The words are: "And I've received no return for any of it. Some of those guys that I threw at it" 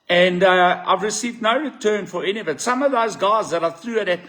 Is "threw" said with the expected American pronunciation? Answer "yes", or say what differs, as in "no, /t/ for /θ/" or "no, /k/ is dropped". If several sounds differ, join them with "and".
yes